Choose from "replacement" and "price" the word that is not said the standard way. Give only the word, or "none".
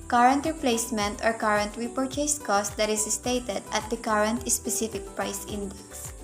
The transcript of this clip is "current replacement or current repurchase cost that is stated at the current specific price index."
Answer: none